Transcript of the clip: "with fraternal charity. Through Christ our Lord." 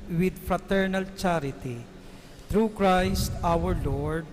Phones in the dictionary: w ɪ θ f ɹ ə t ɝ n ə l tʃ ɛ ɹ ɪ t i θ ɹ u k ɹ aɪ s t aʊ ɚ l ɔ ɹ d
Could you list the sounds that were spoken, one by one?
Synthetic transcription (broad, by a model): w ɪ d f ɹ ə t ɝ n ə l tʃ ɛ ɹ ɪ t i t ɹ u k ɹ aɪ s t aʊ ɚ l ɔ ɹ d